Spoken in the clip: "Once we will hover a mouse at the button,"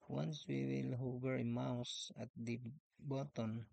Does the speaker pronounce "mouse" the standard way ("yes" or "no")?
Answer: yes